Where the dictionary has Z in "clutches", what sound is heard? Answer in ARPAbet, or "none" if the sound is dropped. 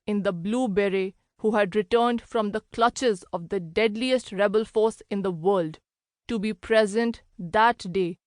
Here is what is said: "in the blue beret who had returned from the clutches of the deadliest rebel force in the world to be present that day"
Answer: Z